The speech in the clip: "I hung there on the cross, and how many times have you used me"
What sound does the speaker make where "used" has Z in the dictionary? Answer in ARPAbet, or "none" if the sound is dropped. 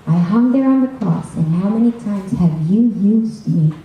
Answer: Z